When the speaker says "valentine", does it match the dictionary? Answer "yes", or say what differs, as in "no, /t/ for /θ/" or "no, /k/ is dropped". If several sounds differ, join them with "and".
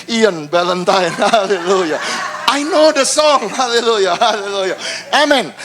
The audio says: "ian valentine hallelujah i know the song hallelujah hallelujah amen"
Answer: no, /b/ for /v/